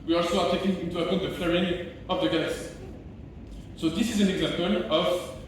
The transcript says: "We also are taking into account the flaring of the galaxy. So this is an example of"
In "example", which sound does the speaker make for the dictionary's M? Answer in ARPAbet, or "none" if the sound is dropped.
M